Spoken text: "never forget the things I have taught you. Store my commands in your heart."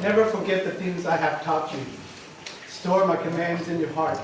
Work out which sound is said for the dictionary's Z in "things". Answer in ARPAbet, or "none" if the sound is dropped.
Z